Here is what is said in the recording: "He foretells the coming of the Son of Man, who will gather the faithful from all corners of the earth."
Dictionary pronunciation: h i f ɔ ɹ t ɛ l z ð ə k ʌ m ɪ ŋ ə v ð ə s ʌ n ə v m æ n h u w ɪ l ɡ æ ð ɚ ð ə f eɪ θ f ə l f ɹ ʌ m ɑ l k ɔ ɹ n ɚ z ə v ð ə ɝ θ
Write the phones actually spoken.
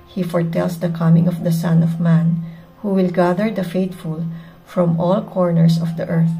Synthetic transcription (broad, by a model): h i f ɔ ɹ t ɛ l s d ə k ʌ m ɪ ŋ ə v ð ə s ʌ n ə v m æ n h u w ɪ l ɡ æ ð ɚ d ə f eɪ t f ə l f ɹ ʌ m ɑ l k ɔ ɹ n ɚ s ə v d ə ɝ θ